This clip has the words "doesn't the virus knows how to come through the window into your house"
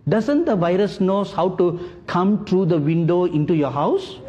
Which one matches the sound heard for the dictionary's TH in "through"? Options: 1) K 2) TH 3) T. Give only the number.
3